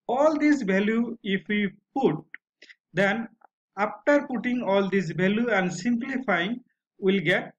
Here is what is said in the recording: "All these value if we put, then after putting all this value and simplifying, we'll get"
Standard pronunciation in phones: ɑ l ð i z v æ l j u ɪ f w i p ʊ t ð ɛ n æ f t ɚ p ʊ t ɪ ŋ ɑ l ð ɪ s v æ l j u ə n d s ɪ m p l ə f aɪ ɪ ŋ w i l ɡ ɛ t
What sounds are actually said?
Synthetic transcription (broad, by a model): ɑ l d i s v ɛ l j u ɪ f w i p ʊ t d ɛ n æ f t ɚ p ʊ t ɪ ŋ ɑ l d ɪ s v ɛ l j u ə n d s ɪ m p l ə f aɪ ɪ ŋ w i l ɡ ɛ t